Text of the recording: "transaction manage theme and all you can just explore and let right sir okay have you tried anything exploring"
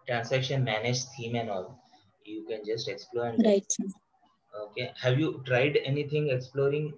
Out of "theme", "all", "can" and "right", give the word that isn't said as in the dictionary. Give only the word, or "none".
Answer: theme